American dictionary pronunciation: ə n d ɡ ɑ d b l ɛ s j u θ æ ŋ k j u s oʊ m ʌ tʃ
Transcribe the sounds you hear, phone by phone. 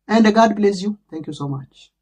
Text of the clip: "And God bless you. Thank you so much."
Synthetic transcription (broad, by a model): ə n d ɡ ɑ d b l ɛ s j u t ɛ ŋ k j u s oʊ m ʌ tʃ